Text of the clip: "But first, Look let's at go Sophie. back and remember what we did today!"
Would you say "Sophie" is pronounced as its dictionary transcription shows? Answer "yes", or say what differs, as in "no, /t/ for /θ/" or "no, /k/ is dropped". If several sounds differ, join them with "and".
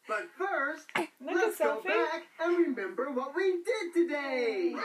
no, /f/ is dropped